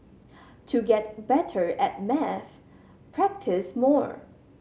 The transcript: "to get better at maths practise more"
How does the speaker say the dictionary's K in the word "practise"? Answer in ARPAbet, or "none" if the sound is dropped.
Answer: K